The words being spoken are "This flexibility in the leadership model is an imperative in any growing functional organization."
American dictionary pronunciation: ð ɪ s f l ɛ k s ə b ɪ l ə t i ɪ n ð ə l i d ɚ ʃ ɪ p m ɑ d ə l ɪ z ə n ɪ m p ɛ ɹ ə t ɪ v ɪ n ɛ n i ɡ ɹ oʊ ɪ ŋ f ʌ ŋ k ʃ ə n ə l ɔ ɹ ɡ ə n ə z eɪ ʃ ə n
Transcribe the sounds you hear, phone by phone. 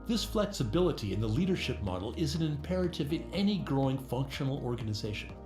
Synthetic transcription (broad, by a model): ð ɪ s f l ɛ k s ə b ɪ l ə t i ɪ n ð ə l i d ɚ ʃ ɪ p m ɑ d l ɪ z n ɪ m p ɛ ɹ ə t ɪ v ɪ n ɛ n i ɡ ɹ oʊ ɪ ŋ f ʌ ŋ k ʃ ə n l ɔ ɹ ɡ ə n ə z eɪ ʃ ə n